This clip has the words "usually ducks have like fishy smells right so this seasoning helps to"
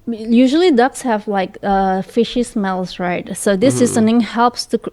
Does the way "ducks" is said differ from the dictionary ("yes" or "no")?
no